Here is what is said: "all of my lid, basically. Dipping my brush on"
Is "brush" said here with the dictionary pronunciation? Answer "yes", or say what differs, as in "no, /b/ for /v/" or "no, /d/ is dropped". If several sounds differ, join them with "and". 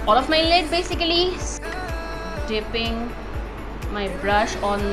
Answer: yes